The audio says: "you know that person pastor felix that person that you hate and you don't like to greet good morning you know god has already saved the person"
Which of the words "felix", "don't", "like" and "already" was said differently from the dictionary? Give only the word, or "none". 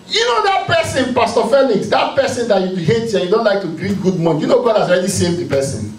felix